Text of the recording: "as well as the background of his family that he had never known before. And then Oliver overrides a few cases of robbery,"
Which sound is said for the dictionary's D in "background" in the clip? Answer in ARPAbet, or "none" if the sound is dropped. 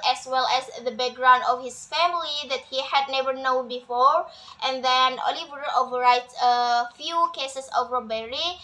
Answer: D